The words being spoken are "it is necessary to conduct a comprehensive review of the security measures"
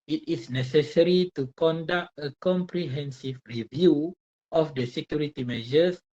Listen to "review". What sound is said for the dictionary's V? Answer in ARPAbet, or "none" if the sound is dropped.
V